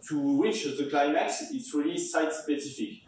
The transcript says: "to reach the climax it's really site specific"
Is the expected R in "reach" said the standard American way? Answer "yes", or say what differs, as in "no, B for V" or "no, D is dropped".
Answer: no, W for R